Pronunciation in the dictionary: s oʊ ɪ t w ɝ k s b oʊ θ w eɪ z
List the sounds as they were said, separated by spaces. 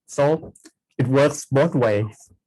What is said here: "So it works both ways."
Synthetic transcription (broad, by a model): s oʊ ɪ t w ɝ k s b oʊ t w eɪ